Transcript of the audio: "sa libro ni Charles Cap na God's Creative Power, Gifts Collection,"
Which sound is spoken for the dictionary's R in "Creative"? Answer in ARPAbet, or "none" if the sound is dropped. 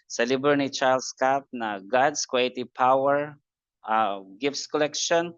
W